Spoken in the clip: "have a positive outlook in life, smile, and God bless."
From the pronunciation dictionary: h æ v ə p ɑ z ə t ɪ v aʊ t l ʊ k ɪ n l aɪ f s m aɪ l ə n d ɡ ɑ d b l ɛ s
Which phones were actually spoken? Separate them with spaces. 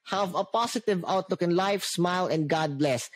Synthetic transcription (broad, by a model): h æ v ə p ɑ s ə t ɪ v aʊ t l ʊ k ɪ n l aɪ f s m aɪ l ə n d ɡ ɑ d b l ɛ s